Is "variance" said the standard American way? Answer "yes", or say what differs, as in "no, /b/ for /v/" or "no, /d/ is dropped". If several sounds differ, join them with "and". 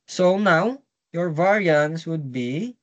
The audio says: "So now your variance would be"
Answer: yes